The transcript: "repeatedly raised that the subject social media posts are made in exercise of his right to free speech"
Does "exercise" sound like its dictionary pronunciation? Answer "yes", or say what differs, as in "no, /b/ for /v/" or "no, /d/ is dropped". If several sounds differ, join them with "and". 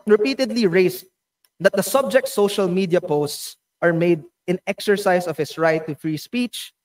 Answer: no, /s/ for /z/